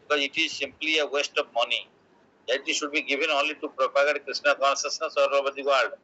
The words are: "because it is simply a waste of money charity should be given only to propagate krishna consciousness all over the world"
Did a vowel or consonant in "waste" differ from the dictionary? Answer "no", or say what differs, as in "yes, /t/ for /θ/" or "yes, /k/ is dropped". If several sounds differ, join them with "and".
no